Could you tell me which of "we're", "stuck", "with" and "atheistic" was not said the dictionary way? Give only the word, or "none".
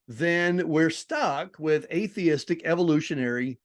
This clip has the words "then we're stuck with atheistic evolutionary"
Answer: none